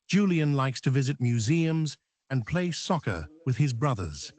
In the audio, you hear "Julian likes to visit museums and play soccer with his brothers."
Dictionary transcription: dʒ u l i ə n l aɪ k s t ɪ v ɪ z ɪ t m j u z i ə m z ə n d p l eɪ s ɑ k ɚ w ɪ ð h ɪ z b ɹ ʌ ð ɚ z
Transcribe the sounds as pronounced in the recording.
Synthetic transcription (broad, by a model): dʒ u l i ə n l aɪ k s t ɪ v ɪ z ɪ t m j u z i ə m z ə n p l eɪ s ɑ k ɚ w ɪ ð ɪ z b ɹ ʌ ð ɚ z